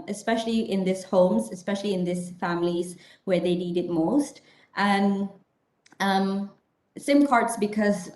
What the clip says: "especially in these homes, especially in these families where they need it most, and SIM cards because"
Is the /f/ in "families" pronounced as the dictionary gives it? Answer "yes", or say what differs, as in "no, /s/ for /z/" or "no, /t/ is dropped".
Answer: yes